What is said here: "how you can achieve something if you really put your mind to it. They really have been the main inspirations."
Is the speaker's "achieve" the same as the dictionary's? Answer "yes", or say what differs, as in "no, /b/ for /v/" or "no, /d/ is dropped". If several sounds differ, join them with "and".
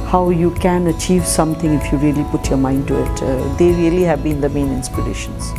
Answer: yes